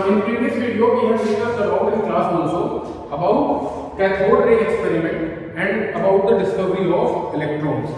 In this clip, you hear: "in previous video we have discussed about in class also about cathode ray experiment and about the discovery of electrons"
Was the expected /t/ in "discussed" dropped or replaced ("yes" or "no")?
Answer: yes